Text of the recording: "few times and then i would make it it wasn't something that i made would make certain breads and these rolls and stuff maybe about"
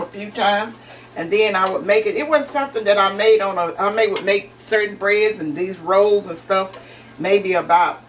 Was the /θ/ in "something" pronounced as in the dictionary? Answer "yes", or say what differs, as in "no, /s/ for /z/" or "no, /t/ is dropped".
yes